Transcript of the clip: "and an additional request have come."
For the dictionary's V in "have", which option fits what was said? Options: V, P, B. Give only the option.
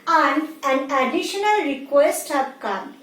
P